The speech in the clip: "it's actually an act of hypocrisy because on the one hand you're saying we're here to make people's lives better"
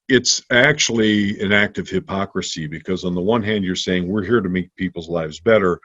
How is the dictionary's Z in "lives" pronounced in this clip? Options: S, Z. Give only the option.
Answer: Z